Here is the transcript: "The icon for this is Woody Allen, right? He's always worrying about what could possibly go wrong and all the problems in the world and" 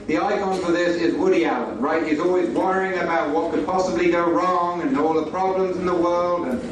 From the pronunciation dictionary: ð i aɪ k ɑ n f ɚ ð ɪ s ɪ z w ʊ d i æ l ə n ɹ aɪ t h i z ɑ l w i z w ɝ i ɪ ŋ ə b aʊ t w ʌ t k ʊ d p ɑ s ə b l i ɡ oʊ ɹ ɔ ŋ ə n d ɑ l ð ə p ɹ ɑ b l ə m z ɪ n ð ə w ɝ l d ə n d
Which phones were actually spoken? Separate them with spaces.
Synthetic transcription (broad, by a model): ð i aɪ k ɑ n f ɚ ð ɪ s ɪ z w ʊ d i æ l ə ɹ aɪ t h i z ɑ l w i z w ɝ i ɪ ŋ ə b aʊ t w ʌ t k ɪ d p ɑ s ə b l i ɡ oʊ ɹ ɔ ŋ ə n ɑ l ð ə p ɹ ɑ b l ə m z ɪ n ð ə w ɝ l d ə n